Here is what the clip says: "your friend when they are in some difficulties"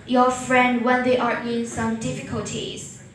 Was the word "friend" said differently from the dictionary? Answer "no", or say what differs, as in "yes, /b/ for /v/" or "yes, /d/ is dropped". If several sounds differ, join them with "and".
no